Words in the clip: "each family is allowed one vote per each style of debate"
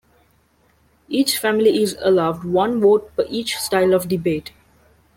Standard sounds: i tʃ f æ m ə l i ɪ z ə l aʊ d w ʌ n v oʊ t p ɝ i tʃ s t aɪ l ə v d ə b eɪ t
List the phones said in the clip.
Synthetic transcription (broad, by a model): i tʃ f æ m ə l i ɪ z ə l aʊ d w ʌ n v oʊ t f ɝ i tʃ s t aɪ l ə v d ə b eɪ t